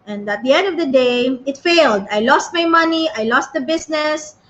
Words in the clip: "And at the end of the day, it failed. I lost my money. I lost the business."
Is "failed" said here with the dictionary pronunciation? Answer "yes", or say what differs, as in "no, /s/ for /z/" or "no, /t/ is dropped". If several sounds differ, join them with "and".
yes